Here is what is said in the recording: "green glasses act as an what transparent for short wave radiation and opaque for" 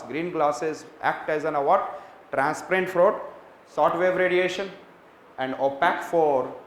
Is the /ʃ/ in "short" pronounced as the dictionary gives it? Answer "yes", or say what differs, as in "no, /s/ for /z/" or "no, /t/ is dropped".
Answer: no, /s/ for /ʃ/